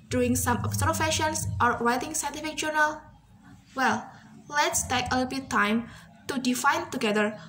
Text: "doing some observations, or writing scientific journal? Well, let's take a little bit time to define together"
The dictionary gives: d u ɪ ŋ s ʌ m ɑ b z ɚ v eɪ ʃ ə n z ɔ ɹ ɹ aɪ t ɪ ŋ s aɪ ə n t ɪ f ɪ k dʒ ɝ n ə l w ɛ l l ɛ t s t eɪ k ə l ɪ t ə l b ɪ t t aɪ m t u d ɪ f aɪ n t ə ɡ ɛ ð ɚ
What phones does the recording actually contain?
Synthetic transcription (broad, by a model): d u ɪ ŋ s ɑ m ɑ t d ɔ f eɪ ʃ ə n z ɔ ɹ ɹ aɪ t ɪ ŋ s aɪ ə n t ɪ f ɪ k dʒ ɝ n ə l w ɛ l l ɛ t s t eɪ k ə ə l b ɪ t t aɪ m t u d ɪ f aɪ n t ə ɡ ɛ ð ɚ